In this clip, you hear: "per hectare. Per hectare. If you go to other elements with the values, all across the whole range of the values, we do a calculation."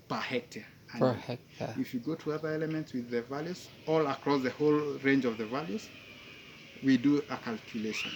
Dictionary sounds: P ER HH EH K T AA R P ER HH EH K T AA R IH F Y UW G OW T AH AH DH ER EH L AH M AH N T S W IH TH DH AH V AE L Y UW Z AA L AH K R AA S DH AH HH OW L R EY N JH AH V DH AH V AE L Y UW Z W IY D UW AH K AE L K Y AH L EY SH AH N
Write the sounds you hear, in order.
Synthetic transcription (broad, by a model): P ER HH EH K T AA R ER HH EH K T IH F Y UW G OW T AH AH DH ER EH L AH M AH N T S W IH DH AH V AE L Y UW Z AA L AH K R AA S DH AH HH OW L R EY N JH AH V DH AH V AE L Y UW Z W IY D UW AH K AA L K Y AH L EY SH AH N